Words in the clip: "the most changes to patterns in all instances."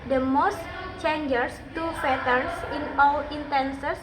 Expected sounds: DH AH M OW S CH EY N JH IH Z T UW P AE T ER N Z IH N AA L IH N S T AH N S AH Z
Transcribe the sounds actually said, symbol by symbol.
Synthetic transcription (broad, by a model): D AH M OW S CH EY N JH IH S T UW F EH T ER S IH N AA L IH N T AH N S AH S